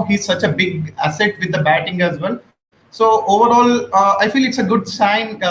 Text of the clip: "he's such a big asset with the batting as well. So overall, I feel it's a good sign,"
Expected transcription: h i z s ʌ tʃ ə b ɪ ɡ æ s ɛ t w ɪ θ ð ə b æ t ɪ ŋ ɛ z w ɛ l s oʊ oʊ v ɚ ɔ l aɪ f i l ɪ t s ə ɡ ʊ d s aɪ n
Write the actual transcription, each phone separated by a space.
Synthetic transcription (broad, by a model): h i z s ʌ tʃ ə b ɪ ɡ æ s ɛ t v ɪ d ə b æ t ɪ ŋ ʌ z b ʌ n s oʊ oʊ v ɚ ɔ l aɪ f i l ɪ t s ə ɡ ʊ d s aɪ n